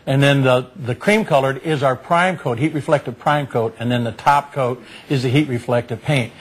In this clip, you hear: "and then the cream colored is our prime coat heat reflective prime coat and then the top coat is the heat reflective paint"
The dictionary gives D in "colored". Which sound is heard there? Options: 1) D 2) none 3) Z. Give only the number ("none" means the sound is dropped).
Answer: 1